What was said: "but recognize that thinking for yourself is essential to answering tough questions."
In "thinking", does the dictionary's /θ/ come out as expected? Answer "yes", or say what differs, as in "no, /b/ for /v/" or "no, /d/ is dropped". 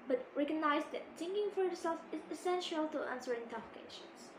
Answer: no, /s/ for /θ/